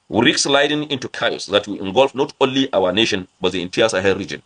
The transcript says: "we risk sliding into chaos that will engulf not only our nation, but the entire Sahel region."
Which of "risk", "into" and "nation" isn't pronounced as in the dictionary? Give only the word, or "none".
risk